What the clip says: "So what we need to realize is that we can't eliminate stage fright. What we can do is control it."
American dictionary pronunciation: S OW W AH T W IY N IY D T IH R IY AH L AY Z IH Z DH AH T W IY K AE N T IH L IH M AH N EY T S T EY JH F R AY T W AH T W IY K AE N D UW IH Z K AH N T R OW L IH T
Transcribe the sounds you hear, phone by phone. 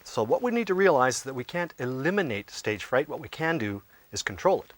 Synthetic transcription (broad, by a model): S OW W AH T W IY N IY D T IH R IY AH L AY IH Z DH AH T W IY K AE N T IH L IH M AH N EY T S T EY JH F R AY T W AH T W IY K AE N D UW IH Z K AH N T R OW L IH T